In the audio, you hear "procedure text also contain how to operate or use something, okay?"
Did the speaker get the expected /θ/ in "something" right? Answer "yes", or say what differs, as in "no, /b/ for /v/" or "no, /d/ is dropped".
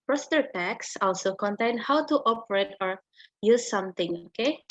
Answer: no, /t/ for /θ/